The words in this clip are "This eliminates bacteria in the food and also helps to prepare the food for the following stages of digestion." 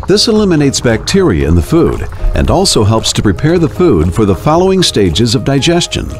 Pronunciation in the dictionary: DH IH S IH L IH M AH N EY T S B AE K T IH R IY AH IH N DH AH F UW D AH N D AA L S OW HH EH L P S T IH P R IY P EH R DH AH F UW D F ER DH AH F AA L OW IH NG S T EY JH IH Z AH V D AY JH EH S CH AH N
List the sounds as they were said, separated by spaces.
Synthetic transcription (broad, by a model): DH IH S IH L IH M AH N EY T S B AE K T IH R IY AH IH N DH AH F UW D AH N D AA L S OW HH EH L P S T IH P R IY P EH R DH AH F UW D F ER DH AH F AA L OW IH NG S T EY JH IH Z AH V D AY JH EH S CH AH N